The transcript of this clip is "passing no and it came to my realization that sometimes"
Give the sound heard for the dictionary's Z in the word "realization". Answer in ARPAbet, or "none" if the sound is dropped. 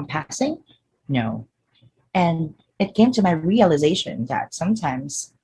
Z